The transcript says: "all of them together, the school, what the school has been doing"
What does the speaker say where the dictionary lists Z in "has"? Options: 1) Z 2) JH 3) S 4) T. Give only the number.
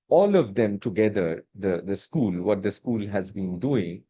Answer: 1